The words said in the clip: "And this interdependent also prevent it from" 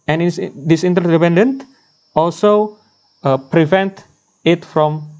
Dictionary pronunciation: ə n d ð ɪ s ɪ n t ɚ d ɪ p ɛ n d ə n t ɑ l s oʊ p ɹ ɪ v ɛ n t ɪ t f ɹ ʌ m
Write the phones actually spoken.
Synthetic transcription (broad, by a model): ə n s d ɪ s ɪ n t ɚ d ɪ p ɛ n d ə n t ɑ l s oʊ p ɹ ɪ v ɛ n t ɪ t f ɹ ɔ m